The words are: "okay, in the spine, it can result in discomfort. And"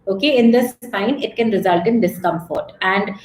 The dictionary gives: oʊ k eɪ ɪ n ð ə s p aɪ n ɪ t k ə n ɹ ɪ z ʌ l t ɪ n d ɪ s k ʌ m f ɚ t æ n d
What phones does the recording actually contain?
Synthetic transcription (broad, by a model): oʊ k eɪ ɪ n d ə s aɪ n ɪ t k ə n ɹ ɪ z ʌ l t ɪ n d ɪ s k ʌ m f ɚ t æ n d